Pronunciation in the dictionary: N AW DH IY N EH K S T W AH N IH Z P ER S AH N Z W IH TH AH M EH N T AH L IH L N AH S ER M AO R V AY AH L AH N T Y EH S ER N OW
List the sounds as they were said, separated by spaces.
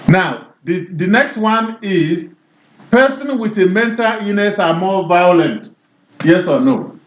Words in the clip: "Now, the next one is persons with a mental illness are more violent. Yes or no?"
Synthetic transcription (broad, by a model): N AW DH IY N EH K S T W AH N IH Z P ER S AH N W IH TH AH M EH N T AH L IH N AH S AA M AO V AY AH L AH N T Y EH S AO N OW